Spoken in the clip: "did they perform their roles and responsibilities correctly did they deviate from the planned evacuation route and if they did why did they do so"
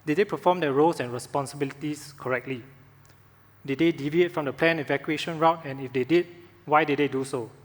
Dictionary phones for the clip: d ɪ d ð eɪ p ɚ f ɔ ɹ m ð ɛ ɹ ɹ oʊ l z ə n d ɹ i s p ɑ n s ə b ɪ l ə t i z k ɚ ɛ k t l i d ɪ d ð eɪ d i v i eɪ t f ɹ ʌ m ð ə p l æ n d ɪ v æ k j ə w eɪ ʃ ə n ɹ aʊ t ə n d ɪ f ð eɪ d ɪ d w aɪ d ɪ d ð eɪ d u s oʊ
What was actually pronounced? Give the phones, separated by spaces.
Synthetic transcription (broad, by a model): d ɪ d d eɪ p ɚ f ɔ m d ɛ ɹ ɹ oʊ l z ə n ɹ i s p ɑ n s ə b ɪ l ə t i s k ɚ ɛ k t l i d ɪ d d eɪ d i v i eɪ t f ɹ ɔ m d ə p l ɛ n ɪ v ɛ k j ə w eɪ ʃ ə n ɹ aʊ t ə n ɪ f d eɪ d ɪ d w aɪ d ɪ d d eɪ d u s oʊ